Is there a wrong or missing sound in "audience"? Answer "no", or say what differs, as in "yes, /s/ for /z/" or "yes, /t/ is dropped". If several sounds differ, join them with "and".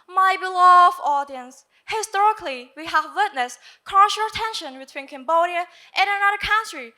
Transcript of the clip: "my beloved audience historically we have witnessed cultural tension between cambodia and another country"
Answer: no